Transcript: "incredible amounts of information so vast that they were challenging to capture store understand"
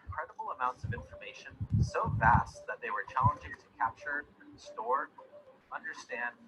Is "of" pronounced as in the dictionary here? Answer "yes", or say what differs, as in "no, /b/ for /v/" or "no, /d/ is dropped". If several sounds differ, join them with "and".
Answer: yes